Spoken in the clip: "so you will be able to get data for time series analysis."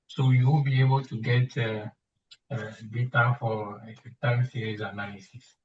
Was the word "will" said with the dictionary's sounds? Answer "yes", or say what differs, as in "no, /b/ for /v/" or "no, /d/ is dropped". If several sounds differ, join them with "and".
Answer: no, /n/ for /l/